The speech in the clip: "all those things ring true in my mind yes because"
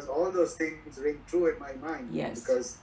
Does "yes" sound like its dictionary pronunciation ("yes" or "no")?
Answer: no